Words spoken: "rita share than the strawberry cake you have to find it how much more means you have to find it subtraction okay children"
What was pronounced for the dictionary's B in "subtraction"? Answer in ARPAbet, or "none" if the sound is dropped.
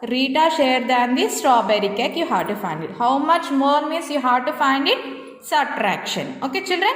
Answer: none